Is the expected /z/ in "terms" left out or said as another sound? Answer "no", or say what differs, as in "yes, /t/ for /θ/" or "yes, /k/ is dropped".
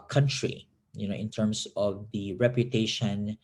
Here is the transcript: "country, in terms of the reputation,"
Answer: yes, /s/ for /z/